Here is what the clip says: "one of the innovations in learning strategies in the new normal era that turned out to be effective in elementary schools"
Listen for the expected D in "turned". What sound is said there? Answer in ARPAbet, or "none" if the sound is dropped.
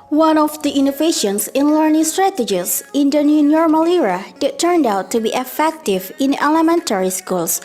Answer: D